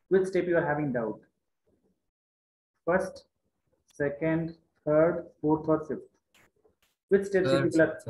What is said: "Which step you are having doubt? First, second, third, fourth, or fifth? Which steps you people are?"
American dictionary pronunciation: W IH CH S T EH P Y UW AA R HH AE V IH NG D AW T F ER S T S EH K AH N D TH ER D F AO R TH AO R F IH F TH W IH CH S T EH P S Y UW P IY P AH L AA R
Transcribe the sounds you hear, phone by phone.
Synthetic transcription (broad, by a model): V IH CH S T EH P Y UW AA R HH AE V IH NG D AW T F ER S T S EH K AH N D T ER D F AO R T AO R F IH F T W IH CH S T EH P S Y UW P IY P AH L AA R